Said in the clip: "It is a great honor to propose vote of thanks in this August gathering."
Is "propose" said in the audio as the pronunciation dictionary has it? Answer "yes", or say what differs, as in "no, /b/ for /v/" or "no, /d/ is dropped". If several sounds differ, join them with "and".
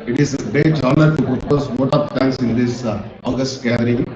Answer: no, /ɹ/ is dropped